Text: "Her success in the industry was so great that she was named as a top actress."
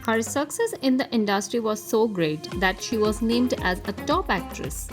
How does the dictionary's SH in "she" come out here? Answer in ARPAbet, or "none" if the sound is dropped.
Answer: SH